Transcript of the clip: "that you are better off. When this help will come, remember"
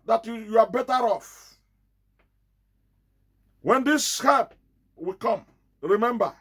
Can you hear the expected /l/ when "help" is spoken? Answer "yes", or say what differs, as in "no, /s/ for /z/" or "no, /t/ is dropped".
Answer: no, /l/ is dropped